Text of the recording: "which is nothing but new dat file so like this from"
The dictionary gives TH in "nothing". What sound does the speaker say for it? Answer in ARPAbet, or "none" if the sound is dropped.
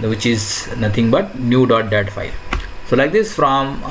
T